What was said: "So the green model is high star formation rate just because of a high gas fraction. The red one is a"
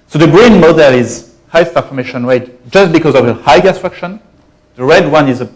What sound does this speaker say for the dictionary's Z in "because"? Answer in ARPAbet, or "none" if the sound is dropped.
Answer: Z